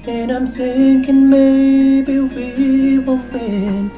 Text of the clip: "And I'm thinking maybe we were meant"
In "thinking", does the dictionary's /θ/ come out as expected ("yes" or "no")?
no